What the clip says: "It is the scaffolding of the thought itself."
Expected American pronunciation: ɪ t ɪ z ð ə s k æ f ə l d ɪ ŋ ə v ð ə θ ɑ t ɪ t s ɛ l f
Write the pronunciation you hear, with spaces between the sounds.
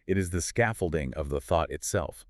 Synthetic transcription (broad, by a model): ɪ t ɪ z ð ə s k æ f l d ɪ ŋ ə v ð ə θ ɑ t ɪ t s ɛ l f